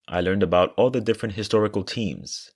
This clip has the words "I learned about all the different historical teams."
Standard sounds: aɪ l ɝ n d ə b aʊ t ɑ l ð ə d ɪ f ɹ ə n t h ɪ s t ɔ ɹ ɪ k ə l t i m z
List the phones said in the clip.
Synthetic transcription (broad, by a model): aɪ l ɝ n d ə b aʊ t ɑ l ð ə d ɪ f ɹ ə n t h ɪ s t ɔ ɹ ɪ k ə l t i m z